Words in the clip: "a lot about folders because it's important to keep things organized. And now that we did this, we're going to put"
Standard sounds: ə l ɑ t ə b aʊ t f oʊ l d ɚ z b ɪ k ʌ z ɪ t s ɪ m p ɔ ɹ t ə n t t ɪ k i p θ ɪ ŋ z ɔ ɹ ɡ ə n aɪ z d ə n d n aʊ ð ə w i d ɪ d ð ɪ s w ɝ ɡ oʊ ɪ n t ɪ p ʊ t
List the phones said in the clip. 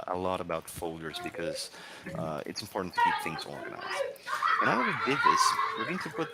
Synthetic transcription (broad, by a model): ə l ɑ t ə b aʊ t f oʊ l d ɚ z b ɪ k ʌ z ɪ t s m p ɔ ɹ t n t t ɪ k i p θ ɪ ŋ z ɔ ɹ ɡ ə n aɪ z d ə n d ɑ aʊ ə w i d ɪ d ð ɪ s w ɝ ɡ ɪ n t ɪ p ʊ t